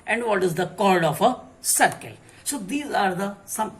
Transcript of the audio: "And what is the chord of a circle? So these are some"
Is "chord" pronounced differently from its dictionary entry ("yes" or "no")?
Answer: yes